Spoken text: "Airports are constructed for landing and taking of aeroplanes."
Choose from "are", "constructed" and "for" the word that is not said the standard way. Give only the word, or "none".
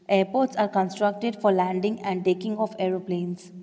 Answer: none